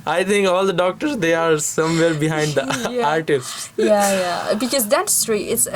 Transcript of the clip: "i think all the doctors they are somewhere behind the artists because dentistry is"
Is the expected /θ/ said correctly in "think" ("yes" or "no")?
no